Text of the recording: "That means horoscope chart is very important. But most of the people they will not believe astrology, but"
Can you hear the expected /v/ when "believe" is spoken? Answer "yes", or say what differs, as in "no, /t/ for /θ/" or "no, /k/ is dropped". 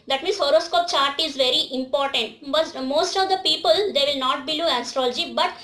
no, /v/ is dropped